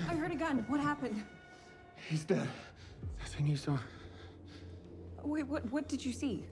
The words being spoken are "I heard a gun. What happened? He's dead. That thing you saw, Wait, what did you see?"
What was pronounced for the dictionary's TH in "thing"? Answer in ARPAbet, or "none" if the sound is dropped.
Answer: S